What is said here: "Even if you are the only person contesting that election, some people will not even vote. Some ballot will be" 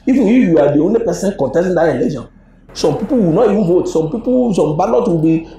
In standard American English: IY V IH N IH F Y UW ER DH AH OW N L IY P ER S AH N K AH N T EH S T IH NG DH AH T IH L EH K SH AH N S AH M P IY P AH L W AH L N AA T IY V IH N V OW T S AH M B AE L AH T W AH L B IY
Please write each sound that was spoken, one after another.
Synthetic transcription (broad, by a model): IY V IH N IH F Y UW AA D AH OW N IY P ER S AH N K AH N T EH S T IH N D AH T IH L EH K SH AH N S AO M P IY P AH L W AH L N AA T IY V IH N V OW T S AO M B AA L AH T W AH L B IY